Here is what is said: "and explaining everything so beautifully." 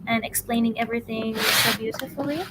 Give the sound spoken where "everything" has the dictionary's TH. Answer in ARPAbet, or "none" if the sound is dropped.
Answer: TH